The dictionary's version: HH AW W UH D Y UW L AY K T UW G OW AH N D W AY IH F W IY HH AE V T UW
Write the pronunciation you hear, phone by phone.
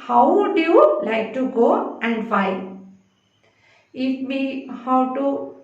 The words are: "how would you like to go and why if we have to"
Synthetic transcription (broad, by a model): HH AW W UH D Y UW L AY K T UW G OW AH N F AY IH F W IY HH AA W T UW